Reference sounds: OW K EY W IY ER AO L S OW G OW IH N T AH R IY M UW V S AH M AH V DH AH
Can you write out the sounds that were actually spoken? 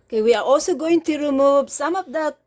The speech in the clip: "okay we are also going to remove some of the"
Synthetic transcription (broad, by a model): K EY W IY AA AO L S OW G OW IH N T AH R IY M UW B S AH M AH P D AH